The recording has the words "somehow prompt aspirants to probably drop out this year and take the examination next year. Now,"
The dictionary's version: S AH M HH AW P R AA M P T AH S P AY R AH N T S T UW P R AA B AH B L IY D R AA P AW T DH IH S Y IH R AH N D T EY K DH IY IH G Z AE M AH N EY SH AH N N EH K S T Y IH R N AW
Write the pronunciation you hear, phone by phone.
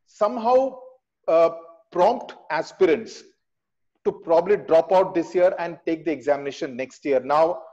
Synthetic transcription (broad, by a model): S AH M HH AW P R AA M P T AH S P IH R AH N T S T UW P R AA B AH B L IY D R AA P AW T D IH S Y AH R AH N D T EY K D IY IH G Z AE M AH N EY SH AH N N EH K S T Y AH R N AW